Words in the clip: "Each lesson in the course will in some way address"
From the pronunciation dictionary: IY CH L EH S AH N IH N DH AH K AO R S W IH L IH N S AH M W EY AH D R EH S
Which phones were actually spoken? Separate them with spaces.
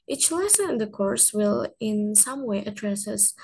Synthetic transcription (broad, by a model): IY CH L EH S AH N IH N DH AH K AO R S W IH L IH N S AH M W EY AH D R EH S